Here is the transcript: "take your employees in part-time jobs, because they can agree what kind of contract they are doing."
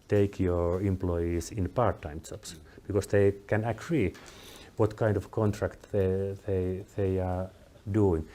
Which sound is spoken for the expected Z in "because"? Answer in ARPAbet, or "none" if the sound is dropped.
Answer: S